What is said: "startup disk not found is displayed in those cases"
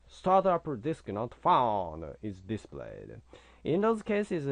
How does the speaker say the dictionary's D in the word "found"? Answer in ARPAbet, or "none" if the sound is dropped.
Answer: none